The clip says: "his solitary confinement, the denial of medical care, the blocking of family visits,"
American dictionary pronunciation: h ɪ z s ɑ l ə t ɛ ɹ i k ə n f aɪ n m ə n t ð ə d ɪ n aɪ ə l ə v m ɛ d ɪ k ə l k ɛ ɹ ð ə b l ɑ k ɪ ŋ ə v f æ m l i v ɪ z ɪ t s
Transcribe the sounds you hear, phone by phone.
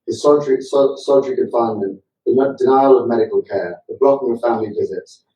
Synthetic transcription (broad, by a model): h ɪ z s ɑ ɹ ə s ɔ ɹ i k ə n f aɪ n ə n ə d ɪ n aɪ ə l ə v m ɛ d ɪ k ə l k ɛ ð ə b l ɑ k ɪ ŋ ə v f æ m l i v ɪ z ɪ t s